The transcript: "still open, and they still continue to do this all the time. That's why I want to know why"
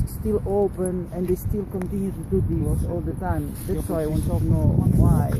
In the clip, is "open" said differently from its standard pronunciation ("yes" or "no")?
no